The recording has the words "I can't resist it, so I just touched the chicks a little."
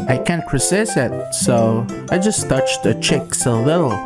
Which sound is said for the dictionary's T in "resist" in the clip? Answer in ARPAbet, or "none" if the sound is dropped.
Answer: none